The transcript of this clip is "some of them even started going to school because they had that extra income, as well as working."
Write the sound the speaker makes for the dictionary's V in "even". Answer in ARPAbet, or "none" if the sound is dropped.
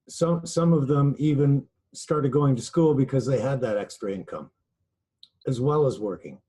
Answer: V